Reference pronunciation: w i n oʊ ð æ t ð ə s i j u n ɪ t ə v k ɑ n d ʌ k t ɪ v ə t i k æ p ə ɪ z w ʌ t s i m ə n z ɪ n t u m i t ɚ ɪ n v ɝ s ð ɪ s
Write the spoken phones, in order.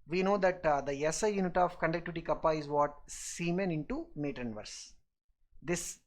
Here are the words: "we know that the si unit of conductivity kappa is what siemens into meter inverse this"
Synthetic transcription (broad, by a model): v i n oʊ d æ t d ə s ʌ j u n ɪ t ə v k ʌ n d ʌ k t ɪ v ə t i k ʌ p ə ɪ z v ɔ t s i m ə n ɪ n t u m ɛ t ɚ n v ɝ s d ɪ s